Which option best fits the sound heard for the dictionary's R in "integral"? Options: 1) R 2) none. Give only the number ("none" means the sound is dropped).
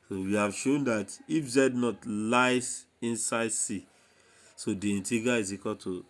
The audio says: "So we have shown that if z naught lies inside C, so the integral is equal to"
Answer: 2